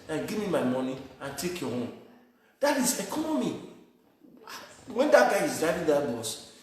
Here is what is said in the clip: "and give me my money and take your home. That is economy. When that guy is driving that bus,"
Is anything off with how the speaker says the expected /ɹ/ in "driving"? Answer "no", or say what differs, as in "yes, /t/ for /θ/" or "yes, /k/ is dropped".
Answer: yes, /ɹ/ is dropped